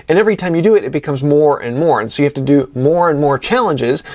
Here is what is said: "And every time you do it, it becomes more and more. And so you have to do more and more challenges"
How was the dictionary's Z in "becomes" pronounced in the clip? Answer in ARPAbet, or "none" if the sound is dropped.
Z